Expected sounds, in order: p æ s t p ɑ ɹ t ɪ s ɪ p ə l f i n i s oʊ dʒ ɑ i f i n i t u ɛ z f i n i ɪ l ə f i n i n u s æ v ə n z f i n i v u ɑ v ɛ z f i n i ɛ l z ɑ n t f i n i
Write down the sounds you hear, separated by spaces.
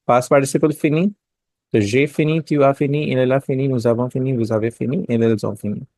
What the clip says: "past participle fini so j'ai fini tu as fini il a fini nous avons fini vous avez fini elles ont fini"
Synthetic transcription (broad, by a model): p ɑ s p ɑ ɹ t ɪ s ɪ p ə l f i n i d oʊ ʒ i f i n i t u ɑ f i n i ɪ l ə f i n i n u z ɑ v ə f i n i v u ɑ v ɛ f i n i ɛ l ɑ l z f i n i